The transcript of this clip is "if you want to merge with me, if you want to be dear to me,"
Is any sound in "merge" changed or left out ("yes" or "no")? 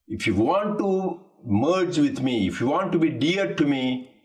no